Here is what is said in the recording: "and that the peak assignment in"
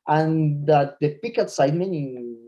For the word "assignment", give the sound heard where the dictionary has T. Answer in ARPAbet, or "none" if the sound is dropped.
none